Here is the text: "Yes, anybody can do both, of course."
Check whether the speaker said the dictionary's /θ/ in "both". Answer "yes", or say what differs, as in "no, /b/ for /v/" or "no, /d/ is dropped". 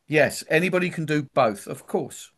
yes